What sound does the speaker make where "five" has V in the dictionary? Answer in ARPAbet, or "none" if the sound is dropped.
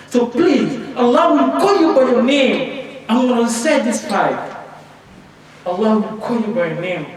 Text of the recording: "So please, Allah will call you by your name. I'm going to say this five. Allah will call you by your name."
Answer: P